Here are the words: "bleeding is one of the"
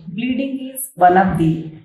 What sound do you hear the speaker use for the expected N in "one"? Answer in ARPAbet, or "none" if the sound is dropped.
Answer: L